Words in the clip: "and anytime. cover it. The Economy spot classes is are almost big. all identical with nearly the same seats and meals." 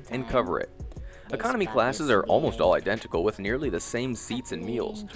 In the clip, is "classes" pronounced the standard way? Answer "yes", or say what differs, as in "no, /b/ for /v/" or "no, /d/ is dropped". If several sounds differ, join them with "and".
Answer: yes